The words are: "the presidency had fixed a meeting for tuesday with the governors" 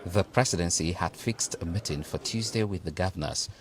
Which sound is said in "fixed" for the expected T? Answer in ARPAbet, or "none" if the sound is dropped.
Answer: T